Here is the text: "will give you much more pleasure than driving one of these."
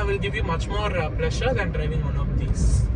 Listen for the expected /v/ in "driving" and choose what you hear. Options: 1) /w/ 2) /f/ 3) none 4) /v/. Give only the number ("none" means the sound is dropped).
4